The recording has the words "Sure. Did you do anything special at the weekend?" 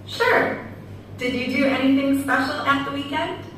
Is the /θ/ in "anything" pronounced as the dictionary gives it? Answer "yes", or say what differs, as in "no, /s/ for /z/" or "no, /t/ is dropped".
yes